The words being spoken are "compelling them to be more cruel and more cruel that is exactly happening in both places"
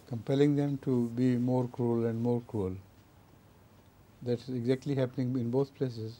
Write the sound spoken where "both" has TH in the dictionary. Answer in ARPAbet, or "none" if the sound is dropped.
T